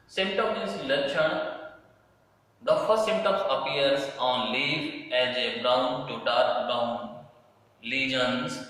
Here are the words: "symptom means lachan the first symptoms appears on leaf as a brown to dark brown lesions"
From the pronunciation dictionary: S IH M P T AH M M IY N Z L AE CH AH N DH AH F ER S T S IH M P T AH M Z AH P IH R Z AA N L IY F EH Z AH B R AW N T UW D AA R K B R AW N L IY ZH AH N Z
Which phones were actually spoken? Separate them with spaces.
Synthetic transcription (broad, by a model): S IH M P T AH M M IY Z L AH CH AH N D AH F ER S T S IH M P T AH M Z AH P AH R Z AA N L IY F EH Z AH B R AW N T UW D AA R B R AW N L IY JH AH N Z